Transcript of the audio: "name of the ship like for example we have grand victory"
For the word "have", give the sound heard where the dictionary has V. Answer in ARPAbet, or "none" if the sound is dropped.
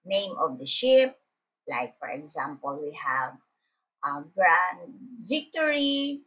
V